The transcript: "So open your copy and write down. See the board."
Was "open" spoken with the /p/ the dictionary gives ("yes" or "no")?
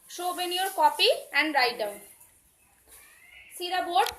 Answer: no